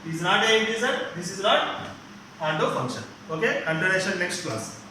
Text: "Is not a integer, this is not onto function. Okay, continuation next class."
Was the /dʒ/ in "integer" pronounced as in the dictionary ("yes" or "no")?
no